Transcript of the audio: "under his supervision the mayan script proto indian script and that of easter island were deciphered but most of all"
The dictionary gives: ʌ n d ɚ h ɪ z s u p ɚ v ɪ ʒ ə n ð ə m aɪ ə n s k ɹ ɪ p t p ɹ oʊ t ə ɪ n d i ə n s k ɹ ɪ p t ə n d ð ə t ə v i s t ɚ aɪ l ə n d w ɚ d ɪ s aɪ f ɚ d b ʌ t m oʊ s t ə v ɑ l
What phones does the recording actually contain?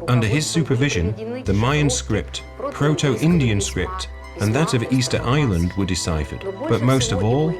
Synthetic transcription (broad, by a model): ʌ n d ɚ ɪ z s u p ɚ v ɪ ʒ ə n ð ə m aɪ ə n s k ɹ ɪ p t p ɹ oʊ t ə ɪ n d i ə n s k ɹ ɪ p t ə n ð ə t ə v i s t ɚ aɪ l ə n d w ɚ d ɪ s aɪ f ɚ d b ʌ t m oʊ s t ə v ɑ l